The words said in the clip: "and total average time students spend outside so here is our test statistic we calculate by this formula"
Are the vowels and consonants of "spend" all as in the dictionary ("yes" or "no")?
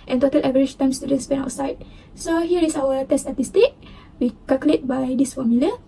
no